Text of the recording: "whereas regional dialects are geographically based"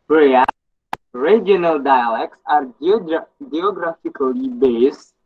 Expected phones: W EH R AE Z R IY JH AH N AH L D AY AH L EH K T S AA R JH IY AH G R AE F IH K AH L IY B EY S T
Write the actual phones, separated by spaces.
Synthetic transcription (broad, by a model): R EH R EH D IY AH N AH L D AY AH L EH K T S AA R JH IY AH G R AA F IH K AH L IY B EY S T